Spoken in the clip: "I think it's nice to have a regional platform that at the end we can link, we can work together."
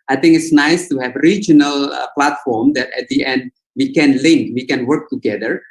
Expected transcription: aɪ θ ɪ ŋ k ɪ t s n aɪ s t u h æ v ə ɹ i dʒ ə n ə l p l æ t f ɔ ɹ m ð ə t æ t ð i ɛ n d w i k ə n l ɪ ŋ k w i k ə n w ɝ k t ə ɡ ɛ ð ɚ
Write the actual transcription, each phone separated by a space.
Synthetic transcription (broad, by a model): aɪ t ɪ ŋ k ɪ t s n aɪ s t u h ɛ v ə ɹ i dʒ ə n ə l p l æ t f ɔ ɹ m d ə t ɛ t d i ɛ n d w i k ə n l ɪ ŋ k w i k ə n w ɝ k t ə ɡ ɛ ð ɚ